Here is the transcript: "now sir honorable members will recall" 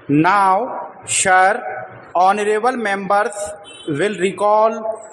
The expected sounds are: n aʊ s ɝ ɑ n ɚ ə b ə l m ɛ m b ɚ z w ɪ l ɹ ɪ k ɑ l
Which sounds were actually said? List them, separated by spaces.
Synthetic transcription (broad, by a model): n aʊ ʃ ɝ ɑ n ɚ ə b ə l m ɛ m b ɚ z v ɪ l ɹ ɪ k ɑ l